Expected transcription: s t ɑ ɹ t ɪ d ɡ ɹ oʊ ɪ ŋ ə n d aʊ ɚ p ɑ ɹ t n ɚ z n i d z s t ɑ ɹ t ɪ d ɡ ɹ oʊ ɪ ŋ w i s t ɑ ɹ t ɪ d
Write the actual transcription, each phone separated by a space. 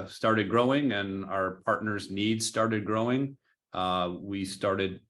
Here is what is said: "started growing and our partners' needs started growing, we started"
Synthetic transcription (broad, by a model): s t ɑ ɹ t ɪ d ɡ ɹ oʊ ɪ ŋ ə n aʊ ɚ p ɑ ɹ t n ɚ z n i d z s t ɑ ɹ t ɪ d ɡ ɹ oʊ ɪ ŋ w i s t ɑ ɹ t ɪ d